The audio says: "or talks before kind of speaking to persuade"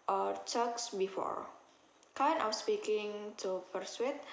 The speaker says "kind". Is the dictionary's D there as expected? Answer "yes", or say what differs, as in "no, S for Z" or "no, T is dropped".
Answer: no, D is dropped